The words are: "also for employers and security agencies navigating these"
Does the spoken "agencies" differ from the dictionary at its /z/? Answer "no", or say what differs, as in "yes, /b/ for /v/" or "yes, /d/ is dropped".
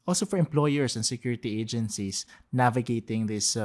yes, /s/ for /z/